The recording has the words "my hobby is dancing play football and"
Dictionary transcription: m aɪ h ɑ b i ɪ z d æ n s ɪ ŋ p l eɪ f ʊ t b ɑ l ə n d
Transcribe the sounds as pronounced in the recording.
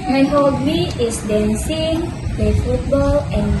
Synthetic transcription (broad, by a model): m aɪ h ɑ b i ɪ s d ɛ n s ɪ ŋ p l eɪ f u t b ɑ l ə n